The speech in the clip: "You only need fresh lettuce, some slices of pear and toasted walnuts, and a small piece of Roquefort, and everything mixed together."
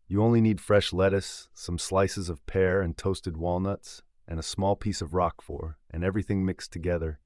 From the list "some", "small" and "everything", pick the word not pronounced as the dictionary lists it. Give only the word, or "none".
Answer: none